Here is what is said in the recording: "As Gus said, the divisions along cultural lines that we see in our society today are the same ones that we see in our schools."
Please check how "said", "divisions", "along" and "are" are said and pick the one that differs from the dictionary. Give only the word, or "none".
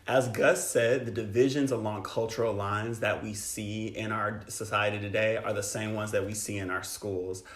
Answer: none